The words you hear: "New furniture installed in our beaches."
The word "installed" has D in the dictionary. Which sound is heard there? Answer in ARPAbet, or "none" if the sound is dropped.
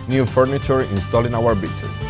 none